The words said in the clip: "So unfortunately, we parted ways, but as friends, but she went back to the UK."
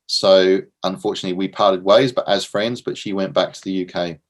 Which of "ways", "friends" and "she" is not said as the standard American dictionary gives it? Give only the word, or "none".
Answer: none